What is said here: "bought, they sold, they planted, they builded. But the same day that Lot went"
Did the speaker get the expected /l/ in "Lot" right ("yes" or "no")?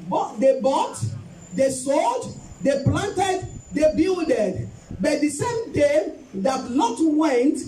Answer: no